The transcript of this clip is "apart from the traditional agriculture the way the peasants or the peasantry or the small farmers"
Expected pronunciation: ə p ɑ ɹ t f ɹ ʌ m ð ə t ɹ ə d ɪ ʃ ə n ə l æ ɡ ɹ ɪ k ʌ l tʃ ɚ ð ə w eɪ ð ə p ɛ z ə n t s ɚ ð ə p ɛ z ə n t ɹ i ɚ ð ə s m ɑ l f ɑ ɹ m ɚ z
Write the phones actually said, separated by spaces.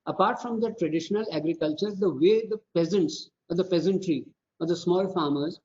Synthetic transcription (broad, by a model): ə p ɑ ɹ t f ɹ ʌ m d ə t ɹ ə d ɪ ʃ ə n ə l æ ɡ ɹ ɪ k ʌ l tʃ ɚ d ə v eɪ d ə p ɛ z ə n t s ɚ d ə p ɛ z ə n t ɹ i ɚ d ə s m ɑ l f ɑ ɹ m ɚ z